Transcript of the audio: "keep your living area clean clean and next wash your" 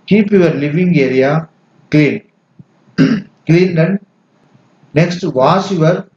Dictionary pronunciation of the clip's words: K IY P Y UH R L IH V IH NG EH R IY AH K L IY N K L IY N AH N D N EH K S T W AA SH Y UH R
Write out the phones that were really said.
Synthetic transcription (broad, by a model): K IY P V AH R L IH V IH NG EH R IY AH K L IY N K L IY N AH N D N EH K S T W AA S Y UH R